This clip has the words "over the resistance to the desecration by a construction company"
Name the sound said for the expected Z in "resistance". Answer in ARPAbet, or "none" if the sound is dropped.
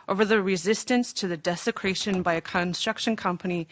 Z